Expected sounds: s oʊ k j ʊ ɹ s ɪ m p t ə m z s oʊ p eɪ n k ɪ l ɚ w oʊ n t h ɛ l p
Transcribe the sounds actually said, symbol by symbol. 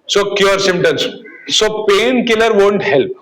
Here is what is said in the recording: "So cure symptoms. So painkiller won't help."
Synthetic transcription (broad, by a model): s oʊ k j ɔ ɹ s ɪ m t ə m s s oʊ p eɪ n k ɪ l ɚ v oʊ n t h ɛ l p